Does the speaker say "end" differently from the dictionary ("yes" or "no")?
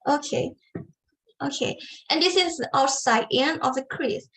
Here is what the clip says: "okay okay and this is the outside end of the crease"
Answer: yes